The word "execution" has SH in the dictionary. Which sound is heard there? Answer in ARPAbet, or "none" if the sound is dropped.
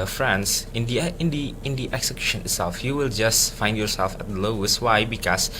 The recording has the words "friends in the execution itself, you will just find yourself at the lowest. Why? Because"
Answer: SH